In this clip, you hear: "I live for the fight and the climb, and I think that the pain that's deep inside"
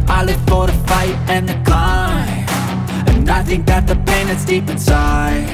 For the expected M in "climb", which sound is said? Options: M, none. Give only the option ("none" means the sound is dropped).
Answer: none